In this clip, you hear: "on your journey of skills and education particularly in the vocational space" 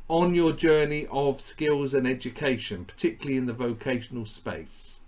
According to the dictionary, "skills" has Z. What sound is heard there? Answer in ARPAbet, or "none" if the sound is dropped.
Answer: Z